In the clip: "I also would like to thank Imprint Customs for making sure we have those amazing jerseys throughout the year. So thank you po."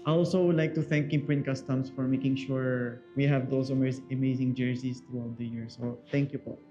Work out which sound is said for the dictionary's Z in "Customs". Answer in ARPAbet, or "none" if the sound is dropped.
S